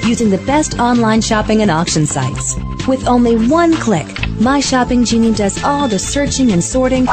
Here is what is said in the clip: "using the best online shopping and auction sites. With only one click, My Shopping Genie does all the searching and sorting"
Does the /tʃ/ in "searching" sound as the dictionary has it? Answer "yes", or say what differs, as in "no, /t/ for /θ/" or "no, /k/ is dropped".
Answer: yes